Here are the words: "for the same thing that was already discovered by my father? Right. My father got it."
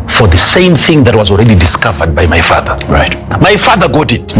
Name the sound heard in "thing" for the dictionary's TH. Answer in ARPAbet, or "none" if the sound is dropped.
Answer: TH